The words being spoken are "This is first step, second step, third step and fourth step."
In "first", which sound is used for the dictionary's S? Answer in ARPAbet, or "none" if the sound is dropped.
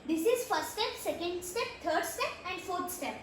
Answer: none